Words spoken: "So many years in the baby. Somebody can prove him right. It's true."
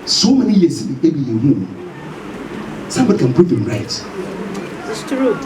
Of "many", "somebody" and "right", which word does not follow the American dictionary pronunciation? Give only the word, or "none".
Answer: right